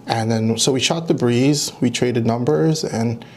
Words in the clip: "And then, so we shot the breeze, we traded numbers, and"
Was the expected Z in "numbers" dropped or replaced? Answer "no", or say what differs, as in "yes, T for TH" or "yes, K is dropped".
no